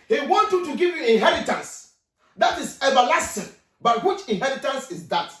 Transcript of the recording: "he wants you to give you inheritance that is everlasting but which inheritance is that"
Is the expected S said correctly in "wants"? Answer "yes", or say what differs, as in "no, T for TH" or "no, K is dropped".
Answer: no, S is dropped